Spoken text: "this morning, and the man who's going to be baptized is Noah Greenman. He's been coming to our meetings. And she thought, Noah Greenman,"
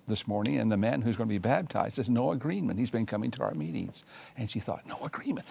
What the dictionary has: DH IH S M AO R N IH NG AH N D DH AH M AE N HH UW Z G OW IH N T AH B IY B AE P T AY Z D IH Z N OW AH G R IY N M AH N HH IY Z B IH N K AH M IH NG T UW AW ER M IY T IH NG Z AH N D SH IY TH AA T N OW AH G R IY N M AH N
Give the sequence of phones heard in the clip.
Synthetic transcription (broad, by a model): DH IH S M AO R N IH NG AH N DH AH M AE N HH UW Z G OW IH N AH B IY B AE B T AY Z D IH Z N OW AH G R IY N M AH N HH IY Z B IH N K AH M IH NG T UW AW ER M IY T IH NG Z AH N SH IY TH AA T N OW AH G R IY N M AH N